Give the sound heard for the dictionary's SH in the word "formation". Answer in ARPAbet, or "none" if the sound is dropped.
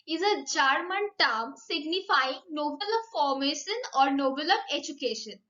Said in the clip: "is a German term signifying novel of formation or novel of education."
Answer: SH